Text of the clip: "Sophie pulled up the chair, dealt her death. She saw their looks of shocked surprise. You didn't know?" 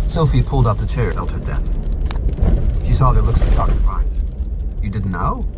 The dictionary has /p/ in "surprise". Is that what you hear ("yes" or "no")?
no